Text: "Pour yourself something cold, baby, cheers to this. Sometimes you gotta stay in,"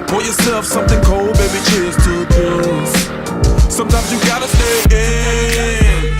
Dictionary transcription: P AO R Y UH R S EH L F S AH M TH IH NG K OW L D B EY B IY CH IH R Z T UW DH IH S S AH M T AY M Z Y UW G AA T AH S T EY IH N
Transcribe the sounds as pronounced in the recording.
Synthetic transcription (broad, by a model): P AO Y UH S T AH F S AH M TH IH NG K OW L D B EY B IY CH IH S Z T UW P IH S S AH M T AY M Z Y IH G AA T AH S T EY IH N